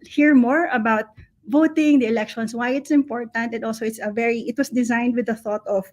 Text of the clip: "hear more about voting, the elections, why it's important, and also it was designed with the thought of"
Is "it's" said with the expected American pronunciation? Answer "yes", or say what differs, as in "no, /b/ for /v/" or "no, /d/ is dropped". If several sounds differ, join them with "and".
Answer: yes